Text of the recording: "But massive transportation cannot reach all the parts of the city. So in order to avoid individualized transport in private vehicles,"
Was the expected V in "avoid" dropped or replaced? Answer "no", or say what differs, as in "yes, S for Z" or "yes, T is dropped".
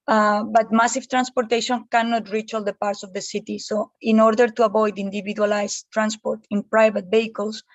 yes, B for V